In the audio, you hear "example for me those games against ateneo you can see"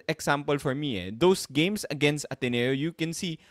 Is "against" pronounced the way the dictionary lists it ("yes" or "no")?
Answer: yes